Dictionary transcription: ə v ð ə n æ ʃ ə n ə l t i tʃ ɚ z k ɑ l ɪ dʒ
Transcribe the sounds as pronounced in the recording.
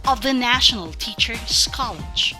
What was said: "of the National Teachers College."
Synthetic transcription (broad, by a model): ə v ð ə n æ ʃ ə n ə l t i tʃ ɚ s k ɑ l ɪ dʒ